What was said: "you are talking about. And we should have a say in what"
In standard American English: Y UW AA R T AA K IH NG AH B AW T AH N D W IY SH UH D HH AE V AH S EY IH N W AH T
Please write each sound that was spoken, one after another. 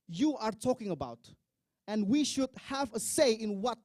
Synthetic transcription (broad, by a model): Y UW AA R T AA K IH NG AH B AW T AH N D W IY SH UH D HH AE V AH S EY IH N W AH T